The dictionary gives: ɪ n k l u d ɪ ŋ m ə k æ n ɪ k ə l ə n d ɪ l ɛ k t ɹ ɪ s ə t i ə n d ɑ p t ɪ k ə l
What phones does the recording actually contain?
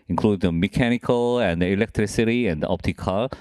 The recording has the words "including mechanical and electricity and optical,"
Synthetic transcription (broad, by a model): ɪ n k l u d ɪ m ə k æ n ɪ k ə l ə n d ɪ l ɛ k t ɹ ɪ s ə t i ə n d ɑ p t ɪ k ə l